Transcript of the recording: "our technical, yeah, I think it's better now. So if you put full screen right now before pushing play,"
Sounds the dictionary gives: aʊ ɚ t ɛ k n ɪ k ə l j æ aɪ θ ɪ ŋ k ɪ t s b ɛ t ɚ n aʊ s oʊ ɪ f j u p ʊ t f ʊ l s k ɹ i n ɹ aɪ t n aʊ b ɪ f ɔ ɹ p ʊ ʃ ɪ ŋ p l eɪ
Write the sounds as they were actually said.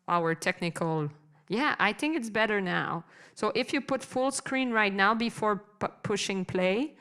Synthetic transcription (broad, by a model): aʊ ɚ t ɛ k n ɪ k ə l j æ aɪ θ ɪ ŋ k ɪ t s b ɛ t ɚ n aʊ s oʊ ɪ f j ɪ p ʊ t f ʊ l s k ɹ i n ɹ aɪ t n aʊ b ɪ f ɔ ɹ p ʊ ʃ ɪ ŋ p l eɪ